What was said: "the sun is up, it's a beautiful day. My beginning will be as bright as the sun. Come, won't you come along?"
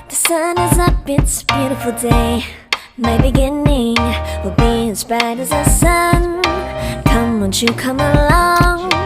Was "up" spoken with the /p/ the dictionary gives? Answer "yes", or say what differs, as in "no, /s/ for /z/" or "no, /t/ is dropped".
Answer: no, /b/ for /p/